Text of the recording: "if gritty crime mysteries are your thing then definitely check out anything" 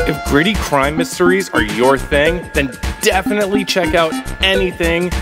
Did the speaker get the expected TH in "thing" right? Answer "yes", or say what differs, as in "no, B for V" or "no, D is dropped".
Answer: yes